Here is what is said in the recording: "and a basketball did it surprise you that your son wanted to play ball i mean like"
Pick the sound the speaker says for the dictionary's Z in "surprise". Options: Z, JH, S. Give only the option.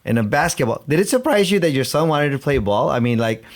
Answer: Z